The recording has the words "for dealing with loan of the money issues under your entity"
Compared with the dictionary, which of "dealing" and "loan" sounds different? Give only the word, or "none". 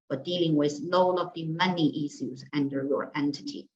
loan